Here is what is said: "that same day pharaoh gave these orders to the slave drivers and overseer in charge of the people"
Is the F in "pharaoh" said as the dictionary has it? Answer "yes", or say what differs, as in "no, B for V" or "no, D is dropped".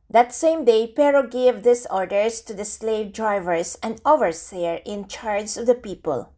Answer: no, P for F